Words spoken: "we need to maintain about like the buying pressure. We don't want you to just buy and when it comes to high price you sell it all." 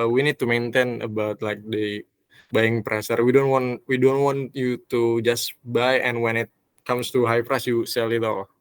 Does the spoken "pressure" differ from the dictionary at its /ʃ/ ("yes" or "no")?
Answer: yes